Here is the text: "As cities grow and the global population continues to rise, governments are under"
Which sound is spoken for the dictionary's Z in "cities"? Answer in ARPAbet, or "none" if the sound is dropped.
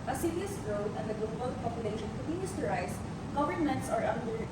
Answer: S